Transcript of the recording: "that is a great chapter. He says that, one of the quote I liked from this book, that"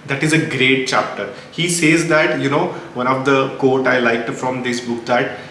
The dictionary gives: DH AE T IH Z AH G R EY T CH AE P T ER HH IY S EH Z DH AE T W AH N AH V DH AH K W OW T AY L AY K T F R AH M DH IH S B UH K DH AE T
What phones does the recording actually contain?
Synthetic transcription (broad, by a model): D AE T IH Z AH G R EY T CH AE P T ER HH IY S EH Z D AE T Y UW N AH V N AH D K OW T AY L AY K T F R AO M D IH S B UH K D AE T